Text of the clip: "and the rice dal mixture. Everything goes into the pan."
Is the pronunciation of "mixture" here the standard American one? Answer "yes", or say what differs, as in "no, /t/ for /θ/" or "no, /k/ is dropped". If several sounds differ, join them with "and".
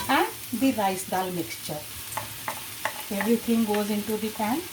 yes